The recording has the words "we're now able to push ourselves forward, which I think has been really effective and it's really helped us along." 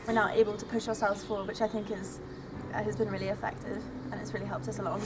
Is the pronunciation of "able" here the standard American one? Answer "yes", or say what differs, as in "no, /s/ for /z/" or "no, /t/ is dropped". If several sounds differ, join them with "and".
yes